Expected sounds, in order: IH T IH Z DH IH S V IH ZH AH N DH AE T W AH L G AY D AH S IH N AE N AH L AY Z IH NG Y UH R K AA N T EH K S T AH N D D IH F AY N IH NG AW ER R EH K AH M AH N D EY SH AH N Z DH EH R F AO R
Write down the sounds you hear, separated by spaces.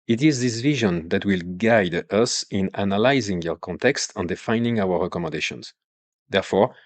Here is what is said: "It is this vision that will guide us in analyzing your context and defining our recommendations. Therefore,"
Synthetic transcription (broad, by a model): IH T IH Z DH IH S V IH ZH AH N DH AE T W AH L G AY D AH S IH N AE N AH L AY Z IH NG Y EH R K AA N T EH K S T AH N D D IH F AY N IH NG AW ER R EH K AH M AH N D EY SH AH N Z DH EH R F AO R